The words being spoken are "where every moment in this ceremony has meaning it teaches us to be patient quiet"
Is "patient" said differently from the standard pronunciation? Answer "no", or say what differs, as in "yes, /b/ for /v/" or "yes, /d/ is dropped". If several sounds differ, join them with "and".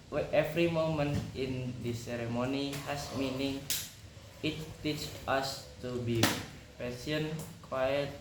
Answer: yes, /s/ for /ʃ/